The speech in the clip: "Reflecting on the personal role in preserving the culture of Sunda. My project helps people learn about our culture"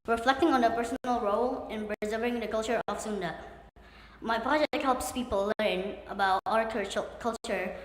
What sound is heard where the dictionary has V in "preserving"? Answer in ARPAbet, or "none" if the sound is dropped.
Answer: none